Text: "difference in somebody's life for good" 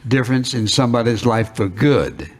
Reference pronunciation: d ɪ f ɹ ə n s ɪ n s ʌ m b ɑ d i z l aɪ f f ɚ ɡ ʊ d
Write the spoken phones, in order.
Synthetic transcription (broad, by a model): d ɪ f ɹ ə n s ɪ n s ʌ m b ɑ d i z l aɪ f f ɚ ɡ ʊ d